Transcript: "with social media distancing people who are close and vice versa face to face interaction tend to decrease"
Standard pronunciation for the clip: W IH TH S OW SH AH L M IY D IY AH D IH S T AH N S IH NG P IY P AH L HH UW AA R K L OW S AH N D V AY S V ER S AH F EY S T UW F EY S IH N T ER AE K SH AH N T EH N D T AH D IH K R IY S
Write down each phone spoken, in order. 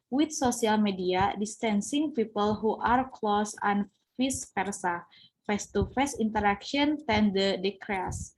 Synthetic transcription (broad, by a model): W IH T S OW S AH L M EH D IY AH D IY S T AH N S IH NG P IY P AH L HH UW AA R K L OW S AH N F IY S P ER S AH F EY S T UW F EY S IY N T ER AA K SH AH N T EH N D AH D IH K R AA S